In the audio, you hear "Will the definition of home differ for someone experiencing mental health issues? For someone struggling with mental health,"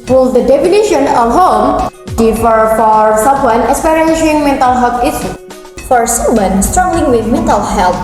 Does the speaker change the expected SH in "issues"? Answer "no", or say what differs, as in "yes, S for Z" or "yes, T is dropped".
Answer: yes, S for SH